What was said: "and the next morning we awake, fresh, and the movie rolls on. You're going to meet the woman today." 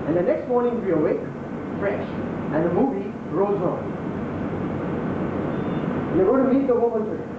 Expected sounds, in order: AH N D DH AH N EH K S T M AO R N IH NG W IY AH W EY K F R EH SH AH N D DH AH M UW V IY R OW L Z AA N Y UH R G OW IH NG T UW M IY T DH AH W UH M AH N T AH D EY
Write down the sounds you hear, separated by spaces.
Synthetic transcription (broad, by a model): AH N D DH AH N EH K S T M AO R N IH NG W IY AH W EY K F R EH SH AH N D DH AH M UW V IY R OW Z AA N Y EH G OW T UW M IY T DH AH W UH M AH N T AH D